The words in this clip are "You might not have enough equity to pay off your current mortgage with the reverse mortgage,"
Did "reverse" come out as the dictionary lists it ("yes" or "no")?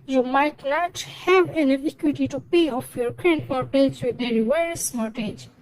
no